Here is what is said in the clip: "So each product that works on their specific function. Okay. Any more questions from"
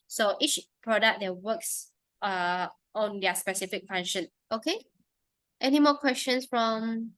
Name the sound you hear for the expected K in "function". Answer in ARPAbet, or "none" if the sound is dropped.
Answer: none